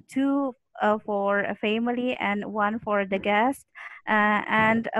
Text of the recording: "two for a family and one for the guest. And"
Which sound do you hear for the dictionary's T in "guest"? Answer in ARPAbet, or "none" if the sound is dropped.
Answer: T